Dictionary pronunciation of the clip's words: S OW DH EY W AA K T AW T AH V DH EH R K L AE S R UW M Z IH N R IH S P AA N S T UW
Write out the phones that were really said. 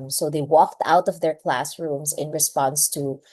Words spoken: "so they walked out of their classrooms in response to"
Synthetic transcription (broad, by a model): S OW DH EY W AA K T AW T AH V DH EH R K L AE S R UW M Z IH N R IH S P AA N S T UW